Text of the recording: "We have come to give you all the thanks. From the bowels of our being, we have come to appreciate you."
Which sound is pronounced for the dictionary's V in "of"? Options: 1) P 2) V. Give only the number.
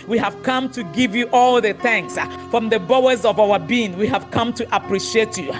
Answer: 2